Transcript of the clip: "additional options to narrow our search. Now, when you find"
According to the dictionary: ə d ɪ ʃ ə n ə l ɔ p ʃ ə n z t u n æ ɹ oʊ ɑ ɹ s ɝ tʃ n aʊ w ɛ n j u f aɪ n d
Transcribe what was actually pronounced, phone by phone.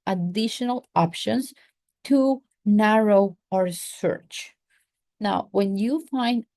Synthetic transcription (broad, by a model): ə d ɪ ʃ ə n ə l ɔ p ʃ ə n s t u n æ ɹ oʊ ɑ ɹ s ɝ tʃ n aʊ w ɛ n j u f aɪ n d